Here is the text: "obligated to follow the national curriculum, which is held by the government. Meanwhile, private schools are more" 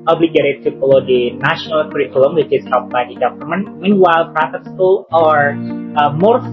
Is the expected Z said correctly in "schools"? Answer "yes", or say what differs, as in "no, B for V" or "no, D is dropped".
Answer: no, Z is dropped